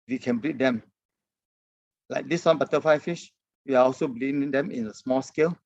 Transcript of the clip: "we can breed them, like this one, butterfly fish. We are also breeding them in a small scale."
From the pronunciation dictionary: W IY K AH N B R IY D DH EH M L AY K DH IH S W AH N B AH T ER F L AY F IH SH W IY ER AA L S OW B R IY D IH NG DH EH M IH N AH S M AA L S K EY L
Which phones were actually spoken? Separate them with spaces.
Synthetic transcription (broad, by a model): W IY K AH N B R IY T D EH M L AY K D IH S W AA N B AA T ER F AY F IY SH W IY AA AA L S OW B L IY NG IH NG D EH M IH N AH S M AA L S K EY L